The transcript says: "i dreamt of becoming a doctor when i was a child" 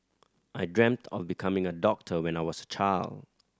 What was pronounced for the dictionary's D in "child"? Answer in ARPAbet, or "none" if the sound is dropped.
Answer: D